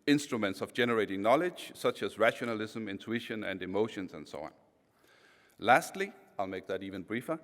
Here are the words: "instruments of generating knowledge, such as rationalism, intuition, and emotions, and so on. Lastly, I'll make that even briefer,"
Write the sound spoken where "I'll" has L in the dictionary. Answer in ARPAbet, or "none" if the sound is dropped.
L